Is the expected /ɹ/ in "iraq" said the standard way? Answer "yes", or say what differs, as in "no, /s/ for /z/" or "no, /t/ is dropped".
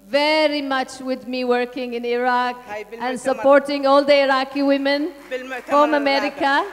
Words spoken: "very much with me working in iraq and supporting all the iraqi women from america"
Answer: yes